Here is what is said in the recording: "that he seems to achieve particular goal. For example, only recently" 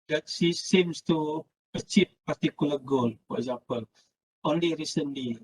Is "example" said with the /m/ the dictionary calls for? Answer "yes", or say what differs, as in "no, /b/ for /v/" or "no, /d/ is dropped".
no, /m/ is dropped